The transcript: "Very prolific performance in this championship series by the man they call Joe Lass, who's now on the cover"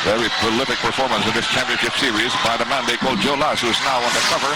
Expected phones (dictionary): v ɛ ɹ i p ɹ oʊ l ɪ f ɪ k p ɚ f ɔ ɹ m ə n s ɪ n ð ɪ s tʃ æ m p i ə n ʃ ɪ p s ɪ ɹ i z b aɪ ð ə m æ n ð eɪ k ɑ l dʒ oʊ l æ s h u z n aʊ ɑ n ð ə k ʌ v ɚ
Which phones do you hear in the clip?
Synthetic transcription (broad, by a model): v ɛ ɹ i p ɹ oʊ l ɪ f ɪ k p ɚ f ɔ ɹ m ə n s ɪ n ð ɪ s tʃ æ m p i ə n ʃ ɪ p s ɪ ɹ i z b aɪ ð ə m æ n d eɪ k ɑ l dʒ oʊ l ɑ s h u z n aʊ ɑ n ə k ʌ v ɚ